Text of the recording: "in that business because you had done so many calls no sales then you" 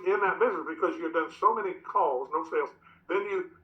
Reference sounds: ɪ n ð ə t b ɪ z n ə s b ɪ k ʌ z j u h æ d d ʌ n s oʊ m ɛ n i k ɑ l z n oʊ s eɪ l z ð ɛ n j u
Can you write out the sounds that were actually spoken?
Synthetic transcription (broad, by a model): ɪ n ð ə t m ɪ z ə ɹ b ɪ k ʌ z j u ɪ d d ʌ n s oʊ m ɛ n i k ɑ l z n oʊ s eɪ l z ð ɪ n j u